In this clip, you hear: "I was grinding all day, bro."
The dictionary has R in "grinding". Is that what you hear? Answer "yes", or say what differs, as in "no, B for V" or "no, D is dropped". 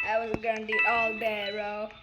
no, R is dropped